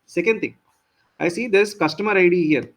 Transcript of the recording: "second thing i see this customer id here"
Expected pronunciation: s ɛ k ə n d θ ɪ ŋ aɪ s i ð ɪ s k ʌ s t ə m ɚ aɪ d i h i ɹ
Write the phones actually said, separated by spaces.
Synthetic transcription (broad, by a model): s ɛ k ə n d t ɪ ŋ aɪ s i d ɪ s k ʌ s t ə m ɚ aɪ d i h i ɹ